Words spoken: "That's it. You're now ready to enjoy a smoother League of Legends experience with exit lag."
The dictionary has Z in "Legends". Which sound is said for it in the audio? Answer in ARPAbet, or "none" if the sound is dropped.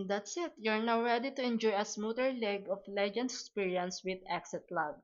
none